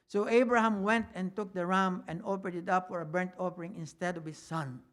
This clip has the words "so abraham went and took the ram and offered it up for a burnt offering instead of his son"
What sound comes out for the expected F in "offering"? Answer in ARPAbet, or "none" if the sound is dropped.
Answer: P